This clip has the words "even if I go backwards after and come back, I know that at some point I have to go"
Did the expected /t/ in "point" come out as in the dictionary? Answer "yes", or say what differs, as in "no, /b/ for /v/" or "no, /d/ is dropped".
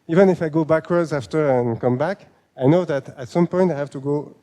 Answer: yes